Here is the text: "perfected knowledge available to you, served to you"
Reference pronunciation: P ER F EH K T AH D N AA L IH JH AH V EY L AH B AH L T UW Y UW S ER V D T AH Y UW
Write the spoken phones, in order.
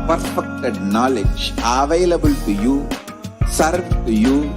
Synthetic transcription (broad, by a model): P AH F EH K T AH D N AA L IH JH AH V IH L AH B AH L T UW Y UW S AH D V Y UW